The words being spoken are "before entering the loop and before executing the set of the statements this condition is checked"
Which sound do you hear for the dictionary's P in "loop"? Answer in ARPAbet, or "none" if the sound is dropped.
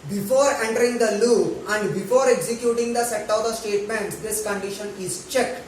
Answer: none